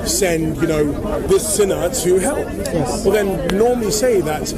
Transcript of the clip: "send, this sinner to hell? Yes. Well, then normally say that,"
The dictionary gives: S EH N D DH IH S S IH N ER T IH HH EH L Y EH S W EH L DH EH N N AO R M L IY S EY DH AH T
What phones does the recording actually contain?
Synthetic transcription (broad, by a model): S EH N D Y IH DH S IH N ER T IH HH EH L Y EH S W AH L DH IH N N AO R M L IY S EY DH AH T